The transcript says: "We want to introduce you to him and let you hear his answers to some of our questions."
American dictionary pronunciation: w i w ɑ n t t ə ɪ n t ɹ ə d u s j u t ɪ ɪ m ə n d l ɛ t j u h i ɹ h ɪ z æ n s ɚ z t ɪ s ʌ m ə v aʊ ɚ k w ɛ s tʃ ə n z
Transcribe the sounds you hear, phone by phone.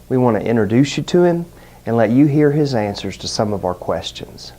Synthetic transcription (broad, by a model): w i w ɑ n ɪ t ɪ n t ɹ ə d u s j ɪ t ɪ ɪ m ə n l ɛ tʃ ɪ h i ɹ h ɪ z æ n s ɚ z t ɪ s ʌ m ə v aʊ ɚ k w ɛ s tʃ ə n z